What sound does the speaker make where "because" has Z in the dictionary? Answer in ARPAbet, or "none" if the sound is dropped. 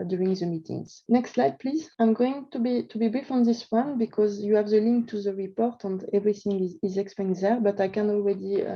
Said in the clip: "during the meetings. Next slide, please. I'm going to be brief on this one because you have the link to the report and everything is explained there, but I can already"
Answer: Z